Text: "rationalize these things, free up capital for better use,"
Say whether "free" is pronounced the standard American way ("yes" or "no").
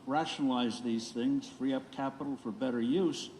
yes